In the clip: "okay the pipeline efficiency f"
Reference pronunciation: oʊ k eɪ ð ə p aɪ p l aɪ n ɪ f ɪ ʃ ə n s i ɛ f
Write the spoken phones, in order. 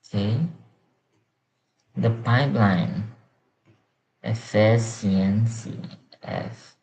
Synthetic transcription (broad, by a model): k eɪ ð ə p aɪ p l aɪ n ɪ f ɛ s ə n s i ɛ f